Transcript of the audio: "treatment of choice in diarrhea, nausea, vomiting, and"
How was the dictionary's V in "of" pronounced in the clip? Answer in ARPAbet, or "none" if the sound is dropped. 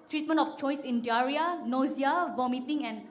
F